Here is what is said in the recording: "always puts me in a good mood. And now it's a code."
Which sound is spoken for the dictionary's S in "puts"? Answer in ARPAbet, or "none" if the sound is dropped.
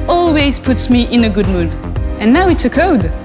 S